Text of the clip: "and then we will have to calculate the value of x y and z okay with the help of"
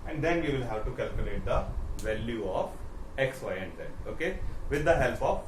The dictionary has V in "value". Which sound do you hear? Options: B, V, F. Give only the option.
V